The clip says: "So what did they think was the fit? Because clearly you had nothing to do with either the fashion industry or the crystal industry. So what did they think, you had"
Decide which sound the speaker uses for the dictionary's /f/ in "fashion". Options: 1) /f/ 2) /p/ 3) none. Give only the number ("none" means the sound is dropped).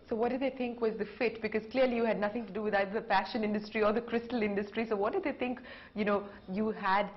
2